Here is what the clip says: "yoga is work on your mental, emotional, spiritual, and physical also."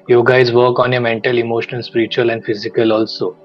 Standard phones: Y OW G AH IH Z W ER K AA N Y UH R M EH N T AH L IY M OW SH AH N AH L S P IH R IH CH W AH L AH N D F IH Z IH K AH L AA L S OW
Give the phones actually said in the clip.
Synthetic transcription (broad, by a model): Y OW G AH IH Z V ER K AA N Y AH M EH N T AH L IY M OW SH AH N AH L S P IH R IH CH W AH L AH N D F IH Z IH K AH L AA L S OW